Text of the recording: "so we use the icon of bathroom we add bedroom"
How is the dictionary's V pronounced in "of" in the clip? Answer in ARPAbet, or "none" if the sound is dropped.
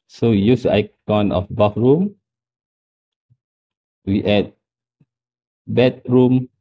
F